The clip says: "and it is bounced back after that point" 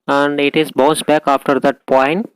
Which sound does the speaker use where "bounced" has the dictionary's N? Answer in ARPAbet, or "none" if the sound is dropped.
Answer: none